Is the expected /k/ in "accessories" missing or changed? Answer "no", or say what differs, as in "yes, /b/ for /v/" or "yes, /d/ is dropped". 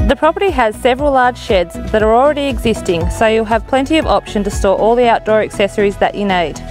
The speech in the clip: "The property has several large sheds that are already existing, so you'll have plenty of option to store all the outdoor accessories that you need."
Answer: no